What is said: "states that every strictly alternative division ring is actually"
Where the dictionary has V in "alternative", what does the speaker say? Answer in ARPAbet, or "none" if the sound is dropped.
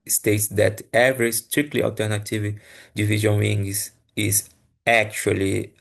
V